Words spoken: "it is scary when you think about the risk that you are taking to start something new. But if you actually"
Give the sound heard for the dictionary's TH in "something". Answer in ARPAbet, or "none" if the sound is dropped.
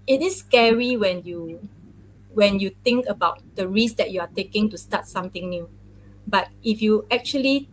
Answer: T